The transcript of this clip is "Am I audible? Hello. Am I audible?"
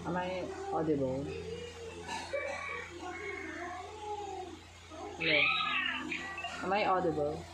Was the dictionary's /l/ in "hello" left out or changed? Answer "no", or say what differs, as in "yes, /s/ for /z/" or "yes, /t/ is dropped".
yes, /l/ is dropped